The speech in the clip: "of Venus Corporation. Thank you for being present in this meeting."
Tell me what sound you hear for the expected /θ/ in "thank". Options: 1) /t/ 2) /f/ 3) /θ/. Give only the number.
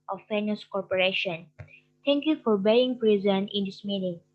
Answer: 1